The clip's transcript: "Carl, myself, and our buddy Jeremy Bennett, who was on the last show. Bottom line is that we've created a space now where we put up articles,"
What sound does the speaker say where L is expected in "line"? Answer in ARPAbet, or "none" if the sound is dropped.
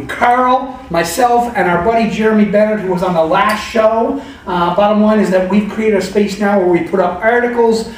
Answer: W